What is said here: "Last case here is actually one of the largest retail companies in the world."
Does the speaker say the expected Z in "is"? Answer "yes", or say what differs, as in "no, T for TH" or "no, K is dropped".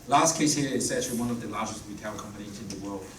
no, S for Z